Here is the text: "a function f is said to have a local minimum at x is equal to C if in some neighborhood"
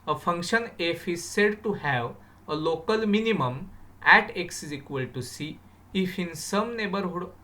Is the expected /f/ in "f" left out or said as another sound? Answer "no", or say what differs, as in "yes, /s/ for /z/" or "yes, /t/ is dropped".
no